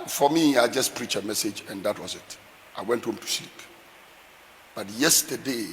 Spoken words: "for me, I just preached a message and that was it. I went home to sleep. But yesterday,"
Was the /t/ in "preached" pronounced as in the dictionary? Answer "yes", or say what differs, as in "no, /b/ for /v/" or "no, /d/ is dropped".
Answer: no, /t/ is dropped